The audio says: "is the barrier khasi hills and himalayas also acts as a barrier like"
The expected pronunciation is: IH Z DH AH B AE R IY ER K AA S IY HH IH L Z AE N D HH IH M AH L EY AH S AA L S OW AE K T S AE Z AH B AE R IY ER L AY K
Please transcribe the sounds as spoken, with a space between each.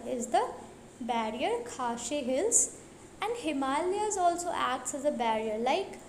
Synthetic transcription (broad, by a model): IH Z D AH B AE R IY ER K AA SH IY HH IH L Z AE N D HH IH M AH L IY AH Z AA L S OW AE K T S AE Z AH B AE R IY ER L AY K